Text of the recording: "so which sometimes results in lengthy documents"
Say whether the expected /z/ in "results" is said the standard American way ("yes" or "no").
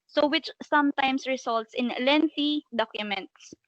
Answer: no